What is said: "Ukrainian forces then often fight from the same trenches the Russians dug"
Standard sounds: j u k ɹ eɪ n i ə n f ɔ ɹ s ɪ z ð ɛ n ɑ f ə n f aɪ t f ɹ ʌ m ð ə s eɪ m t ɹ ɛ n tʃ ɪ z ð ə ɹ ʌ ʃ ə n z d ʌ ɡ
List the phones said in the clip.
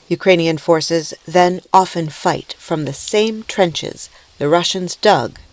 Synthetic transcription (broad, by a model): j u k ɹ eɪ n i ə n f ɔ ɹ s ɪ z ð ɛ n ɑ f ə n f aɪ t f ɹ ʌ m ð ə s eɪ m t ɹ ɛ n tʃ ɪ z ð ə ɹ ʌ ʃ ə n z d ʌ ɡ